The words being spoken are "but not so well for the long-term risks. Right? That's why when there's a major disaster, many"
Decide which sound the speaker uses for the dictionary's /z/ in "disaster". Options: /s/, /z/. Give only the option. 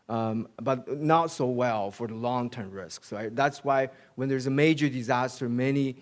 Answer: /z/